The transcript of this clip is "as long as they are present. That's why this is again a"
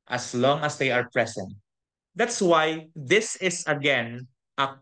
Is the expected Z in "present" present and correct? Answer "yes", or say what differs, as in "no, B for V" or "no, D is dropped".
no, S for Z